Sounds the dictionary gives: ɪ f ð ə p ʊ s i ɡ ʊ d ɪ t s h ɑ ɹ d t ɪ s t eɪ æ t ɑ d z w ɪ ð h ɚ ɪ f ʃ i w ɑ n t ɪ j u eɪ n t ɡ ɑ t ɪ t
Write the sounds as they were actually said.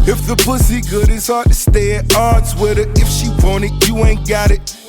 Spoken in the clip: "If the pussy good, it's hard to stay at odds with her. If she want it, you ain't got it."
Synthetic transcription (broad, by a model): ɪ f ð ə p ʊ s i ɡ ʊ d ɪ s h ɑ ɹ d t ɪ s t eɪ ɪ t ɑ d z w ɪ ð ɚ ɪ f ʃ i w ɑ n ɪ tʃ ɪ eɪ n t ɡ ɑ t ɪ t